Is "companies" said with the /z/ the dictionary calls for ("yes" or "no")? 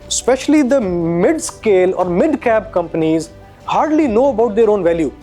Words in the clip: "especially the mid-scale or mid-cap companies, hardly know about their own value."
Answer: yes